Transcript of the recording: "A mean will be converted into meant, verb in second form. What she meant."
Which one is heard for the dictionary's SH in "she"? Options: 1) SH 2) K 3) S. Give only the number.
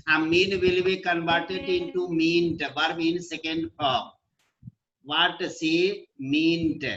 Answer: 3